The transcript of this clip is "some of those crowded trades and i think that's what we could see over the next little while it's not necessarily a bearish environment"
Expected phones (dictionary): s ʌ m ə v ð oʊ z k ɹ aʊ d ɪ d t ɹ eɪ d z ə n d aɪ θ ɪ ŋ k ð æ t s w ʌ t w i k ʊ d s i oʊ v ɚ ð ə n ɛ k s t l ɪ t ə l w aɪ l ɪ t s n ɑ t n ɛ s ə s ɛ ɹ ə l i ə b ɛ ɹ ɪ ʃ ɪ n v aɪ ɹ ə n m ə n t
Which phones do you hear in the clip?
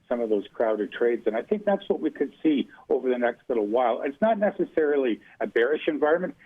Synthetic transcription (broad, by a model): s ʌ m ə v ð oʊ z k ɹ aʊ d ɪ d t ɹ eɪ d z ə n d aɪ θ ɪ ŋ k ð æ t s w ʌ t w i k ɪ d s i oʊ v ɚ ð ə n ɛ k s t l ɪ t l w aɪ l ɪ t s n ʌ t n ɛ s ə s ɛ ɹ l i ə b ɛ ɹ ɪ ʃ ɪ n v aɪ ɹ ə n m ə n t